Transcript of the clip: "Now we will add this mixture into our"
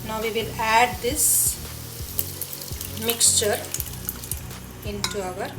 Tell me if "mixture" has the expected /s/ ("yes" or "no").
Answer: yes